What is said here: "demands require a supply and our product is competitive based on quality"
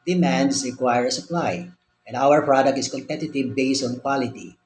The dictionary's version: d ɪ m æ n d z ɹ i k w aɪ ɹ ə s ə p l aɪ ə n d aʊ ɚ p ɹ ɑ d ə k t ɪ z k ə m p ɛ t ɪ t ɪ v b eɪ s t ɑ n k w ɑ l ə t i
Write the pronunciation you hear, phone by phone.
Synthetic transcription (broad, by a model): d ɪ m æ n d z ɹ i k w aɪ ɹ ə s ə p l aɪ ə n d aʊ ɚ p ɹ ɑ d ə k t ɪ s k ə m p ɛ t ɪ t ɪ v b eɪ s t ɑ n k w ɑ l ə t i